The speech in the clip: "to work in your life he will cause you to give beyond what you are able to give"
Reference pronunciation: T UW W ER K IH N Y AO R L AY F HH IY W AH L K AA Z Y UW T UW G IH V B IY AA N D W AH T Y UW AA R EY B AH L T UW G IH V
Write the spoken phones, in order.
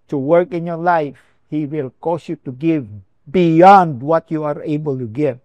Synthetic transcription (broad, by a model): T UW W ER K IH N Y AO R L AY F HH IY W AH L K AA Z Y UW T UW G IH V B IY AA N D W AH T Y UW AA R EY B AH L T UW G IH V